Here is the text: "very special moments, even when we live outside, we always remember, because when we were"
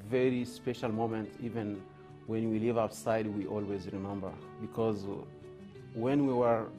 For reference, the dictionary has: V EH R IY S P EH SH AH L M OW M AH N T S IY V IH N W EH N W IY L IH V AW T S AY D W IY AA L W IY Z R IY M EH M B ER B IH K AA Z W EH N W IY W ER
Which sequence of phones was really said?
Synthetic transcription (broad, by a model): V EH R IY S P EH SH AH L M OW M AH N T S IY V IH N W EH N W IY L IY V AW T S AY D W IY AA L W IY Z R IY M EH M B ER B IH K AA Z W EH N W IY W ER